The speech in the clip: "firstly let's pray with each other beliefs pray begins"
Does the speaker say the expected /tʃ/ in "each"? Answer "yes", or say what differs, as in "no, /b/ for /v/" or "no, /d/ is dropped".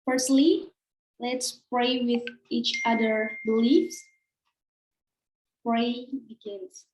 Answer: yes